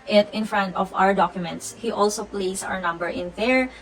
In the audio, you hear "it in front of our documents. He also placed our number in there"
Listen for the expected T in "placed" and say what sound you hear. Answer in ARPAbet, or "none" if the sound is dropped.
none